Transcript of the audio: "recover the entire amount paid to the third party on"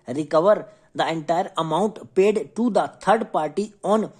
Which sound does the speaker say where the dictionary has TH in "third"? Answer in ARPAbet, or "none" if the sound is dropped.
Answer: T